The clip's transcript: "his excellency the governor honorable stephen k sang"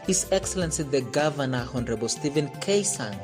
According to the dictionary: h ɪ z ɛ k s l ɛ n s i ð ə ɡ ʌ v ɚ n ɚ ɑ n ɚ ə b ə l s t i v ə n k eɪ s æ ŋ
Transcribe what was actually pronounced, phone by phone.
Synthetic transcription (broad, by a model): h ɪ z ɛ k s l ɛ n s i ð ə ɡ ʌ v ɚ n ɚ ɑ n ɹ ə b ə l s t i v ə n k eɪ s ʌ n